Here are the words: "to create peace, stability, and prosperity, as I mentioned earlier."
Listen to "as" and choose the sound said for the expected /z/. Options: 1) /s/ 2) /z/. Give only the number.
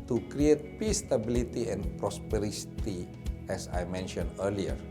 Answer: 1